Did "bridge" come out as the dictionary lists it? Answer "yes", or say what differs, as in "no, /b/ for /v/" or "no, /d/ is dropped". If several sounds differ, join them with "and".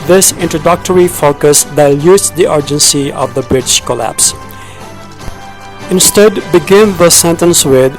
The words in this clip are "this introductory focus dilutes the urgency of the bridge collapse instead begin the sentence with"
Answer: no, /ʃ/ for /dʒ/